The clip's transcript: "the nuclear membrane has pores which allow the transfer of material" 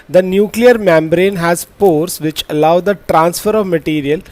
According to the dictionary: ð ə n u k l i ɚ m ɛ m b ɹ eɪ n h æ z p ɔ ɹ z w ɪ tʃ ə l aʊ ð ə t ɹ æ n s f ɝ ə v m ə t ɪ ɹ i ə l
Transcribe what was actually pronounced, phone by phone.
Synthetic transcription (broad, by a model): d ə n u k l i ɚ m ɛ m b ɹ eɪ n h æ z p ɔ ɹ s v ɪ tʃ ə l aʊ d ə t ɹ æ n s f ɝ ə v m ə t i ɹ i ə l